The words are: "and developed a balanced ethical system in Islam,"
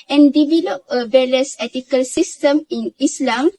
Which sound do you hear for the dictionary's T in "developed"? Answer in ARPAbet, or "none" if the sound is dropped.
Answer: none